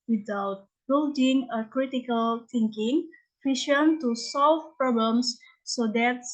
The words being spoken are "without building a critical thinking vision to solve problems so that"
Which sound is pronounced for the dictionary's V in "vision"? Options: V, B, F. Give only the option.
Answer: F